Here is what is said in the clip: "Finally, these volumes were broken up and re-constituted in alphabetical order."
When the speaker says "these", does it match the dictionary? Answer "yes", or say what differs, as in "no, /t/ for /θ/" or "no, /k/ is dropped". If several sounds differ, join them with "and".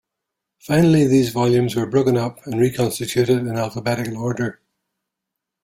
yes